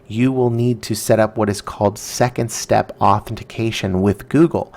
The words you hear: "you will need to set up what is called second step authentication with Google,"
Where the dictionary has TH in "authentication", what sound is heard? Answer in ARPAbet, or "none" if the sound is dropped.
TH